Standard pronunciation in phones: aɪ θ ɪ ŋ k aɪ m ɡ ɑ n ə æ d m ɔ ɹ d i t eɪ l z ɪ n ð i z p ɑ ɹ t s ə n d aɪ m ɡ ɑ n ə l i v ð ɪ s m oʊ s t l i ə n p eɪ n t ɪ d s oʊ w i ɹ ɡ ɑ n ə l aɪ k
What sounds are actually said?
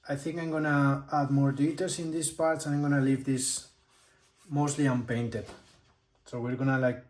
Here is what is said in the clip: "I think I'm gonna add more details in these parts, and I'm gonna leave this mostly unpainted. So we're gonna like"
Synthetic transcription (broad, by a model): aɪ θ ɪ ŋ k aɪ m ɡ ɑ n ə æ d m ɔ ɹ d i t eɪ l s ɪ n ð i s p ɑ ɹ t s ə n aɪ m ɡ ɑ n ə l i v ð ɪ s m oʊ s t l i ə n p eɪ n t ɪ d s oʊ w i ɹ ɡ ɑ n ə l aɪ k